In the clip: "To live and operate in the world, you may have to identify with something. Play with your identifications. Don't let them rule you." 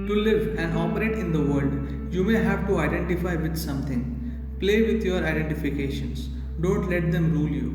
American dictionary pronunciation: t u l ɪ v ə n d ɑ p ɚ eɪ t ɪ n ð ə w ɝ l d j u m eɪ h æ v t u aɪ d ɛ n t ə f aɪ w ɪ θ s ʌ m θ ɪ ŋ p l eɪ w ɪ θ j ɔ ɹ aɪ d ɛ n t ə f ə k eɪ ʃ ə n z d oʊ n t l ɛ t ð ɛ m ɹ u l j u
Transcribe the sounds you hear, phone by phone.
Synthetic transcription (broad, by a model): t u l ɪ v ə n d ɑ p ɚ eɪ t ɪ n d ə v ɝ l d j u m eɪ h æ v t u aɪ d ɛ n t ə f aɪ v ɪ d s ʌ m t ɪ ŋ p l eɪ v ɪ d j ɔ ɹ aɪ d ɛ n t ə f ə k eɪ ʃ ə n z d oʊ n t l ɛ t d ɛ m ɹ u l j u